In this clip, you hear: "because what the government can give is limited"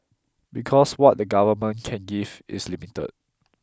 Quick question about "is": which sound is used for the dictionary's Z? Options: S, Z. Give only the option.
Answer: S